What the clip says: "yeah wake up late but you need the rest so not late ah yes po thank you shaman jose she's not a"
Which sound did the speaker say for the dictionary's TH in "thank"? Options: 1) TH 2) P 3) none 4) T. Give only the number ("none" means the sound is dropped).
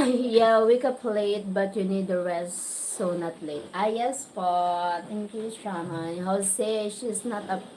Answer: 4